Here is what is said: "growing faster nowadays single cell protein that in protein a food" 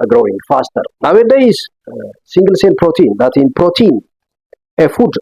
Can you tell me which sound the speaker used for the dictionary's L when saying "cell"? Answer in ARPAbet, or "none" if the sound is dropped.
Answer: N